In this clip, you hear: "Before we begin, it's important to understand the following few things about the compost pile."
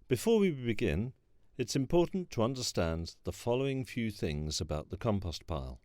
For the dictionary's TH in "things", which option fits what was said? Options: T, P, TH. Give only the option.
TH